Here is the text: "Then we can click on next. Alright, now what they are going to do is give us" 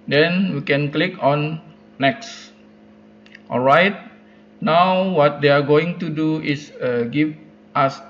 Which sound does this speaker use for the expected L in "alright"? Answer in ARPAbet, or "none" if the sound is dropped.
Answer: L